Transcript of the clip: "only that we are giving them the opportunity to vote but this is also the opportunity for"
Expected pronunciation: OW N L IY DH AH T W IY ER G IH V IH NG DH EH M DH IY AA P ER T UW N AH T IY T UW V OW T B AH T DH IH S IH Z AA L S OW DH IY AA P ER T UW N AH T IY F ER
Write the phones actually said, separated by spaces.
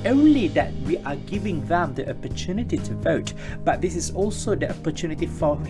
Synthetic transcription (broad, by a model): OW N L IY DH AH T W IY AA G IH V IH NG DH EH M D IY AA P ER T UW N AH T IY T UW V OW T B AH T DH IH S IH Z AA L S OW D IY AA P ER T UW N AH T IY F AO